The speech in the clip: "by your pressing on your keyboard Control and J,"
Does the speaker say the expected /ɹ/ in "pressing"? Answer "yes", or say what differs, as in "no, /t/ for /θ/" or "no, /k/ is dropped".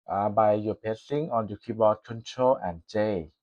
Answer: no, /ɹ/ is dropped